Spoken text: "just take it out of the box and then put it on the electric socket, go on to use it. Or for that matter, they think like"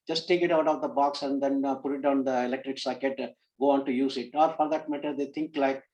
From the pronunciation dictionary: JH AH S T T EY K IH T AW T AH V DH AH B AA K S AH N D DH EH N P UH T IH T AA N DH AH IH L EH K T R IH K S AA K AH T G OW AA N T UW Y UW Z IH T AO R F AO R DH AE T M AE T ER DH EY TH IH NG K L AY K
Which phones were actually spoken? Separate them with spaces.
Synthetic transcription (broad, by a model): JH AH S T T EY K IH T AW T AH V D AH B AA K S AH N D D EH N P UH T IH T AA N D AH IH L EH K T R IH K S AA K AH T G OW AA N T UW Y UW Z IH T AO R F AO R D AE T M AE T ER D EY T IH NG K L AY K